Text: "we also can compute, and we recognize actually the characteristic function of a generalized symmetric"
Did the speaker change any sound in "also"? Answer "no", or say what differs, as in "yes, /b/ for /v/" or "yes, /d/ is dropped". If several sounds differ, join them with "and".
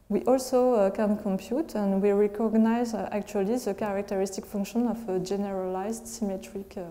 no